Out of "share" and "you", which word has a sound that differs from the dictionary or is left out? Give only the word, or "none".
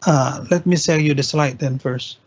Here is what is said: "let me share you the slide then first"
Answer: share